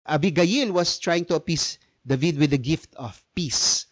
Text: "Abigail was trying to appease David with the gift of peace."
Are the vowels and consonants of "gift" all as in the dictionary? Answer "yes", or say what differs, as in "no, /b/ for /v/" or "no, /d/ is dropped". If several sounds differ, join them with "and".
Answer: yes